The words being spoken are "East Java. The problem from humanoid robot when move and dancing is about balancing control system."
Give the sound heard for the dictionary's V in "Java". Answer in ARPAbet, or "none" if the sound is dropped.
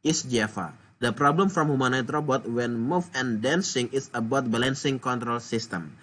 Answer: F